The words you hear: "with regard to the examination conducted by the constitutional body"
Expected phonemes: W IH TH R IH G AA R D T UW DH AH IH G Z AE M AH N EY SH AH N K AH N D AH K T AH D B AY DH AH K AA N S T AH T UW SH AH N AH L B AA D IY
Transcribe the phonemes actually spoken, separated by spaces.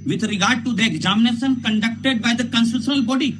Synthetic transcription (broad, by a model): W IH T R IH G AA R D T UW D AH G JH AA M N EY S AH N K AH N D AH K T AH D B AY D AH K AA N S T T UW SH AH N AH L B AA D IY